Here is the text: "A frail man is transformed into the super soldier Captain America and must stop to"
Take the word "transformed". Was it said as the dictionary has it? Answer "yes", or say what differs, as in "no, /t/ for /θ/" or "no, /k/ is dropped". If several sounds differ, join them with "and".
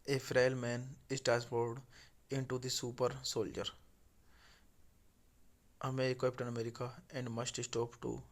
no, /ɹ/ is dropped and /n/ is dropped and /m/ is dropped